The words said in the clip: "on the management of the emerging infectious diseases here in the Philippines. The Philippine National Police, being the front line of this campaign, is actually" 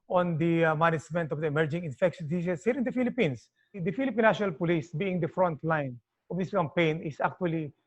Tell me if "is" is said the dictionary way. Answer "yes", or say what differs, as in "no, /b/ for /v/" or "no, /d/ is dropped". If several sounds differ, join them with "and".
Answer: no, /s/ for /z/